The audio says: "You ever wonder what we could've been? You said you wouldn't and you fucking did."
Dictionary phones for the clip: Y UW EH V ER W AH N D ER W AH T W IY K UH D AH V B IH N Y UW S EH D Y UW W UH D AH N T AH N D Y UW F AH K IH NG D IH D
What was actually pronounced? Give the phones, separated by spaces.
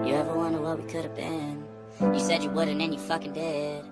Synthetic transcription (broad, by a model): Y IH EH V ER W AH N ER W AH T W IY K UH D AH V B IH N Y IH S EH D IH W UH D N AH N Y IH F AH K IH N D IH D